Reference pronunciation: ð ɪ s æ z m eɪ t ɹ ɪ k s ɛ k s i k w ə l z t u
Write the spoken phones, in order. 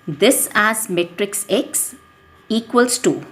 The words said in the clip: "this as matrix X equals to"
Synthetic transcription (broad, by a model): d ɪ s æ z m eɪ t ɹ ɪ k s ɛ k s i k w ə l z t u